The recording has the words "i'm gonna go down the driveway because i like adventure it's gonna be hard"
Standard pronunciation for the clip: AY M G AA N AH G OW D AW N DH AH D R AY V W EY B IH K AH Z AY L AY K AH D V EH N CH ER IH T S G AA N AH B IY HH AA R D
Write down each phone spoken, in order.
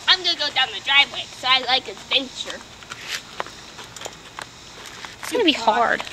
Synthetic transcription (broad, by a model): AY M G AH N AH G OW D AW N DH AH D R AY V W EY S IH AH AY L AY K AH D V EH N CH ER IH T S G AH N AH B IY HH AA R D